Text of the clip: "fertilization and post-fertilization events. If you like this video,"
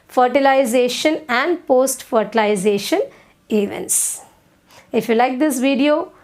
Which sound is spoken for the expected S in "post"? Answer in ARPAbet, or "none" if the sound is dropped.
S